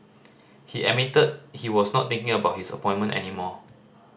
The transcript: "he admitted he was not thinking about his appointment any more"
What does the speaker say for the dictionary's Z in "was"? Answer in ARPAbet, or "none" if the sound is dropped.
S